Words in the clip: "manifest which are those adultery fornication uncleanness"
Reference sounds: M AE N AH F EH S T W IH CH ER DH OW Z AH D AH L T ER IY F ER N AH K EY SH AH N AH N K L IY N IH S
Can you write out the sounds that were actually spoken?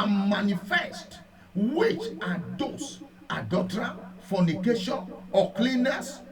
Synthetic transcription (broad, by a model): M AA N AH F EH S T W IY CH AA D OW S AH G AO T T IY F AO N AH K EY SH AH N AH K L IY N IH S